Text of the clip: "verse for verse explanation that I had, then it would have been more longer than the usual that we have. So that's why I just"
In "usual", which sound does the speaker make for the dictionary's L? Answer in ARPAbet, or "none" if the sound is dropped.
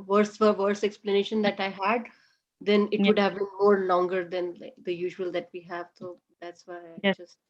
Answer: L